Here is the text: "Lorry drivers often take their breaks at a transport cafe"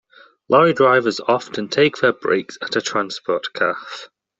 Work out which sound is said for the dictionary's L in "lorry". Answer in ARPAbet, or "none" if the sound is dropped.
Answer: L